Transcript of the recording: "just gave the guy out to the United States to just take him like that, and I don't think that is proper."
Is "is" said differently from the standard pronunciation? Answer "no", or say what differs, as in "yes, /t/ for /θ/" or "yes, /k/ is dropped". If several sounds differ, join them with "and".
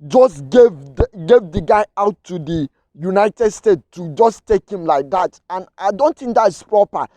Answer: yes, /s/ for /z/